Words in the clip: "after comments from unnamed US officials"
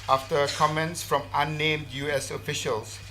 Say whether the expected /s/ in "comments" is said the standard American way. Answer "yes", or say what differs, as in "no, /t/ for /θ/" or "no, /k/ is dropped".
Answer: yes